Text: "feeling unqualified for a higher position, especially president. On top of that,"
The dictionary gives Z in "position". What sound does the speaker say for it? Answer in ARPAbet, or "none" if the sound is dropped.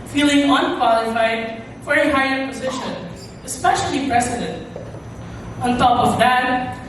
Z